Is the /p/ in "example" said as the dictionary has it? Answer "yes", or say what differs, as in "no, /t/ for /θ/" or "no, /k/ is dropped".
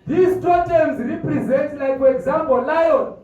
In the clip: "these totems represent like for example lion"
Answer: no, /b/ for /p/